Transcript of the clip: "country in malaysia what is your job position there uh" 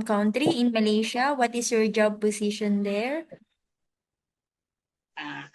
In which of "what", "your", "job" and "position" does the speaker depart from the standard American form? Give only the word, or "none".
position